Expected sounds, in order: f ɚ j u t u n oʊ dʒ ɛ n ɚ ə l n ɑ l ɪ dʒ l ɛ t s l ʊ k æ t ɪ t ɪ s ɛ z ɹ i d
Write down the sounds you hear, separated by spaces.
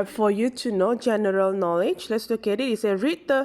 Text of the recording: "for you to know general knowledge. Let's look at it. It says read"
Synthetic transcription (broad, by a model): f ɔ j u t u n oʊ dʒ ɛ n ɚ ə l n ɑ l ɪ dʒ l ɛ t s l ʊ k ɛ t ɪ t ɪ s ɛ ɹ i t